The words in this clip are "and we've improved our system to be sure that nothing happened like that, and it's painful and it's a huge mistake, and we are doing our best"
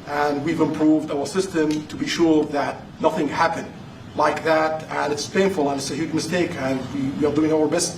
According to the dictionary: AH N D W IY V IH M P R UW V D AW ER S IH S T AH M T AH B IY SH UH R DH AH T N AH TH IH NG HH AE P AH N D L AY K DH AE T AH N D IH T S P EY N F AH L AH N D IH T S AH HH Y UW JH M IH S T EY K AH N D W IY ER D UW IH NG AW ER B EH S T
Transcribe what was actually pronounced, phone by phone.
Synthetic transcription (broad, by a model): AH N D W IY V IH M P R UW V D AW ER S IH S T AH M T AH B IY SH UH R DH AH T N AH TH IH NG HH AE P AH N D L AY K DH AE T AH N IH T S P EY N F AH L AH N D IH T S AH HH Y UW JH M IH S T EY K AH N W W IY ER D UW IH NG AW ER B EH S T